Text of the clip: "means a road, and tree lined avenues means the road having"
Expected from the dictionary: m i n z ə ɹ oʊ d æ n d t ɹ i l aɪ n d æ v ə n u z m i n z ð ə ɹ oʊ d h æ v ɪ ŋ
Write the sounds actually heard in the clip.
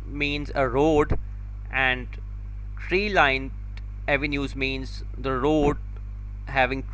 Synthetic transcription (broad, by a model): m i n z ə ɹ oʊ d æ n d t ɹ i l aɪ n ɛ v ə n u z m i n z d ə ɹ oʊ d h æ v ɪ ŋ